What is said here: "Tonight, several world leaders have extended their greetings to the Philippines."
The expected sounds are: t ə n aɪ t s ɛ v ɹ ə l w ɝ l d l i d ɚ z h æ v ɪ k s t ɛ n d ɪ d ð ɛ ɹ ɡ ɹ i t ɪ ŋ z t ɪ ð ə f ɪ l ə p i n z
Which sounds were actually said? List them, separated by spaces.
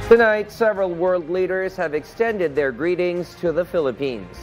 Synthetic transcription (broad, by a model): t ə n aɪ t s ɛ v ɹ ə l w ɝ l d l i d ɚ z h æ v ɪ k s t ɛ n d ɪ d ð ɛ ɹ ɡ ɹ i t ɪ ŋ z t ɪ ð ə f ɪ l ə p i n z